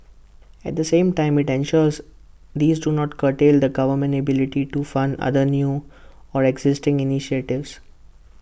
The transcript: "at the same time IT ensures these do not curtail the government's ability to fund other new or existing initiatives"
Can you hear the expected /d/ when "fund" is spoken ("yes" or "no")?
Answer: yes